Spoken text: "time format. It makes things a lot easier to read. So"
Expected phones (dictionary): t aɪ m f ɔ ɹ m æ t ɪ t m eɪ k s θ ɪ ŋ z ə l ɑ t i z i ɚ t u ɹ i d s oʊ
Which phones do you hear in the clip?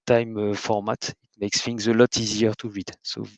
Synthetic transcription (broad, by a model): t aɪ m f ɔ ɹ m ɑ t ɪ t m eɪ k s f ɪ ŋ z ə l ɑ t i z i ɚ t u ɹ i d s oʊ